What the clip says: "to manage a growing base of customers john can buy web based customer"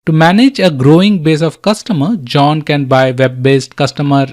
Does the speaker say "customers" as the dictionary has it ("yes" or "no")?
no